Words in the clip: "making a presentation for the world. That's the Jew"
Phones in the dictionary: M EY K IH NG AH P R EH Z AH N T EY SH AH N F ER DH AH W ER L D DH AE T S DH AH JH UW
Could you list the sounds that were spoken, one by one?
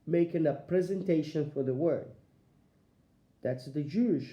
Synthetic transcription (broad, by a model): M EY K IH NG AH P R EH Z AH N T EY SH AH N F ER DH AH W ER D DH AE T S DH AH JH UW